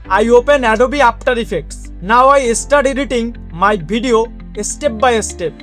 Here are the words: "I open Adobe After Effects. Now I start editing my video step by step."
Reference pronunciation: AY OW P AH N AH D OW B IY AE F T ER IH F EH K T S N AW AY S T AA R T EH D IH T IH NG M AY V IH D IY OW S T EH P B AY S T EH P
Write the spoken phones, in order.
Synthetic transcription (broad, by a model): AY OW P AH N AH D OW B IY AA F T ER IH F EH K T S N AW AY S T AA R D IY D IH T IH NG M AY B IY D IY OW S T EH P B AY S T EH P